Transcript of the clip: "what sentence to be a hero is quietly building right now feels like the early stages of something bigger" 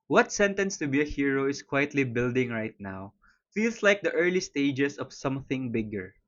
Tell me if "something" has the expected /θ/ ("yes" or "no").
yes